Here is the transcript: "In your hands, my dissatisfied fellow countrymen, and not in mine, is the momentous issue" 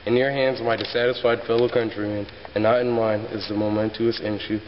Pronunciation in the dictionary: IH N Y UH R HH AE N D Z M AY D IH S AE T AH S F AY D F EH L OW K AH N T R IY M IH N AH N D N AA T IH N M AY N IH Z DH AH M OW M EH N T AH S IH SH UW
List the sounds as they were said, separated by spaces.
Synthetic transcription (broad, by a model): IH N Y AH R HH AE N D Z M AY D IH S AE T AH S F AY D F EH L OW K AH N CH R IY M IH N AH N N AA T IH N M AY N IH Z DH AH M OW M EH N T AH S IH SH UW